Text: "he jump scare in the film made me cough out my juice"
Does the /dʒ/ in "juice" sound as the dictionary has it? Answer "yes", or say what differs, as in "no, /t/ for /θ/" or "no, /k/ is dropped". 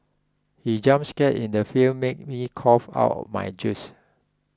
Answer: yes